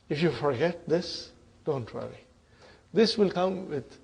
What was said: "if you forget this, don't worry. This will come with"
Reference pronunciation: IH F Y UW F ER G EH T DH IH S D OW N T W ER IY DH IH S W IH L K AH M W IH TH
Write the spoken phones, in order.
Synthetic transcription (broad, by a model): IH F Y UW F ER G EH T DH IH S D OW N T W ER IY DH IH S W IH L K AH M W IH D